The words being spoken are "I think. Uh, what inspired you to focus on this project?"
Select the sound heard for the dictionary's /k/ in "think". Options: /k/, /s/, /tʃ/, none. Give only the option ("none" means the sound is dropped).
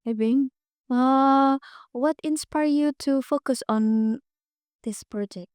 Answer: none